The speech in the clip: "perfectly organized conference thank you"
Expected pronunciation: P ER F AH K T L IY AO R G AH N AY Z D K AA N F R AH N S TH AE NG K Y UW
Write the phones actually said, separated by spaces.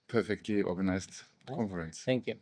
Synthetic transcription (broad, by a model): P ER F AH K T L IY AO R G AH N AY S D K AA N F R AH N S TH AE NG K Y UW